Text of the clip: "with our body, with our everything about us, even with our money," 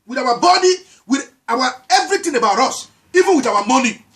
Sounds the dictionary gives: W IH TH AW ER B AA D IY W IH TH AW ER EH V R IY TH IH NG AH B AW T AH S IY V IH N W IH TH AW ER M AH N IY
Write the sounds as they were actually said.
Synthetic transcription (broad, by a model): W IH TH AW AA B AA D IY W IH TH AW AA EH V R IY T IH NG AH B AW T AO S IY V IH N W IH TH AW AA M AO N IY